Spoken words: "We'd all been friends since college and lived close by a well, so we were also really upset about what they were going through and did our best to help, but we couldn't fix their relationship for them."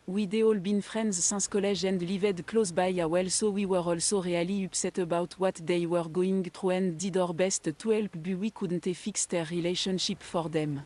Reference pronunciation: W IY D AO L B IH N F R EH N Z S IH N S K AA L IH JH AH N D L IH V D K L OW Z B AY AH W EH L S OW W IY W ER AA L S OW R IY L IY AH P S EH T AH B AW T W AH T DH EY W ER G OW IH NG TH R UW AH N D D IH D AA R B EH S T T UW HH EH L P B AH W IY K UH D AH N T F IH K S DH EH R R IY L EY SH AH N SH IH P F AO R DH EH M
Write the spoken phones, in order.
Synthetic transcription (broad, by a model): W IY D AO L B IH N F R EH N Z S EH S K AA L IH ZH AH N D L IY V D K L OW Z B AY AH W EH L S OW W IY W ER AA L S OW R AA L IY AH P S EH T AH B AW T W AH T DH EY W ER G OW IH NG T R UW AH N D D IH D AA R B EH S T T UW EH L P B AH W IY K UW D N T F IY K S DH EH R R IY L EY SH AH N SH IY P F AO R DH EH M